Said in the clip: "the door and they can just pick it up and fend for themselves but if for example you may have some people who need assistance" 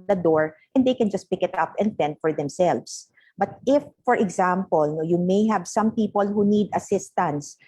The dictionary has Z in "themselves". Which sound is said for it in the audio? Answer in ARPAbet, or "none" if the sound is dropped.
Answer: S